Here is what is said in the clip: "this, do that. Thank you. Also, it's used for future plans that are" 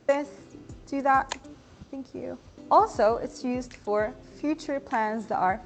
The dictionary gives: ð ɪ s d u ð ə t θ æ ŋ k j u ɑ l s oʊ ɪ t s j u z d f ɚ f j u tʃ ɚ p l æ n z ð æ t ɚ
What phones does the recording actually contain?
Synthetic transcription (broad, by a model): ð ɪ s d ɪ ð ə t θ æ ŋ k j u ɑ l s oʊ ɪ t s j u z d f ɚ f j u tʃ ɚ p l æ n z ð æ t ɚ